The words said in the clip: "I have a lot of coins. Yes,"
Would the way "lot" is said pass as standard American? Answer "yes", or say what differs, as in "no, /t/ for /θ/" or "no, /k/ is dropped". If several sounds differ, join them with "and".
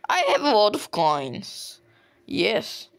no, /w/ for /l/